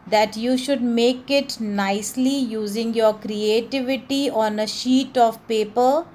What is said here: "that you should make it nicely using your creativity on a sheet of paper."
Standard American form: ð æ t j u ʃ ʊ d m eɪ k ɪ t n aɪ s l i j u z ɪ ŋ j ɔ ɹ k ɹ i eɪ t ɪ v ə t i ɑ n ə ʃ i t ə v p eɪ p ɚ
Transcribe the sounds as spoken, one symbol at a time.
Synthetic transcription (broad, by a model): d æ t j u ʃ ʊ d m eɪ k ɪ t n aɪ s l i j u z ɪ ŋ j ɔ ɹ k ɹ i eɪ t ɪ v ə t i ɑ n ə ʃ i t ə v p eɪ p ɚ